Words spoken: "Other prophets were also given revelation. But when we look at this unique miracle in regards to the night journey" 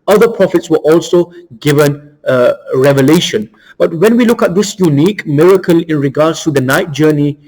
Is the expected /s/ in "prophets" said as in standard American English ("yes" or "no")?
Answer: yes